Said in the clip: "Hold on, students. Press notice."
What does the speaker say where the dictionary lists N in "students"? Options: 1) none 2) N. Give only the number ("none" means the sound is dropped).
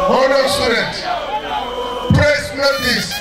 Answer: 1